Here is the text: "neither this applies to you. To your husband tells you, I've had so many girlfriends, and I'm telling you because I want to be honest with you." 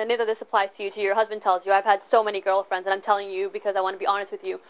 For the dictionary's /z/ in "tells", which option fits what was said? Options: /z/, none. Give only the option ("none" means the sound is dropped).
/z/